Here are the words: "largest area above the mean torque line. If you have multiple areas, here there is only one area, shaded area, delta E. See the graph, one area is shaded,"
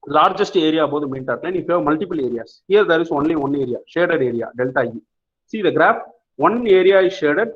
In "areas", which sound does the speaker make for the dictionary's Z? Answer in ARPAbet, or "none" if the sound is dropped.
S